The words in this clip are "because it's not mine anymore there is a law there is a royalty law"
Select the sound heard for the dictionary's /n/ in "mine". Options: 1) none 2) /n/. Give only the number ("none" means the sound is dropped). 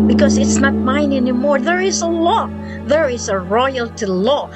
2